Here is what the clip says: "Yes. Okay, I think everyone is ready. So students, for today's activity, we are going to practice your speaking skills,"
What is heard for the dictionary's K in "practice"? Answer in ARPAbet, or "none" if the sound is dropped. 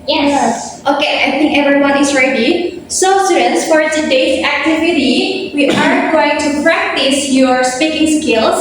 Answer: K